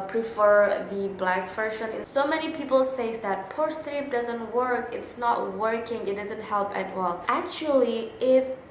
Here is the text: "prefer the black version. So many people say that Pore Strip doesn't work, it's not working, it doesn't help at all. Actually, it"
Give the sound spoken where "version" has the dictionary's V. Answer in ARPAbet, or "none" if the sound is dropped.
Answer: F